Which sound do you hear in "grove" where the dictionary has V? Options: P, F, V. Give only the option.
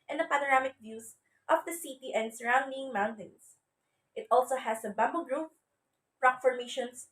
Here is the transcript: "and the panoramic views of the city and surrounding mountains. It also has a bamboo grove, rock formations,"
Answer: P